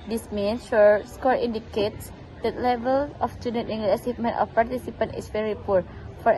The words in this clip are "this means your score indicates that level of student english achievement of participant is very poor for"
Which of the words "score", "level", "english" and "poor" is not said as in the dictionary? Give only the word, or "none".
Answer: english